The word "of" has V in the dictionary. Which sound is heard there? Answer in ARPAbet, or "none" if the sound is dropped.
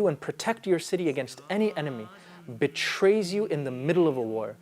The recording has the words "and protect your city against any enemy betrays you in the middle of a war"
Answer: V